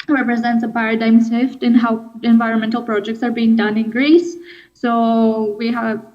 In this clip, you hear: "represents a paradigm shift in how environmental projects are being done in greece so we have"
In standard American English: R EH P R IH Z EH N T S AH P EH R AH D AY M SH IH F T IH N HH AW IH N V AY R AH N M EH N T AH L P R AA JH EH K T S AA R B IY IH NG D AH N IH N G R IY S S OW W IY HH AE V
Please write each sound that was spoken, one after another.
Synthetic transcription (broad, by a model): R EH P R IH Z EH N T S AH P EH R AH D AY M S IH F T IH N HH AW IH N V AY R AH N M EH N T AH L P R AA JH EH K T S AA R B IY IH NG D AH N IH N G R IY S S OW W IY HH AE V